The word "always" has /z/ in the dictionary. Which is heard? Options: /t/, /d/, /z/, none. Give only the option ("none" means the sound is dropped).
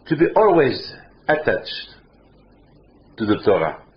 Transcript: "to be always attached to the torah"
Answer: /z/